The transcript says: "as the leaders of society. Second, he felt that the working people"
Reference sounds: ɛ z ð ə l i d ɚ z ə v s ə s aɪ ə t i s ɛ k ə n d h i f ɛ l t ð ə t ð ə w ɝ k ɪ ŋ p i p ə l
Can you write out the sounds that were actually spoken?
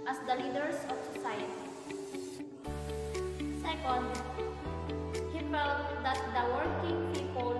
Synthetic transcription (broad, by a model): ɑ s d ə l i d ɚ s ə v s ə s aɪ ə t i s ɛ k ə n d h i f ɛ l t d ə t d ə w ɝ k ɪ ŋ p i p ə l